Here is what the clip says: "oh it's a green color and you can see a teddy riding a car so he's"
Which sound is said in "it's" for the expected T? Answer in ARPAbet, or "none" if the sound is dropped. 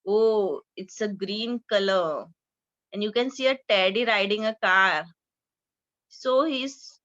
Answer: T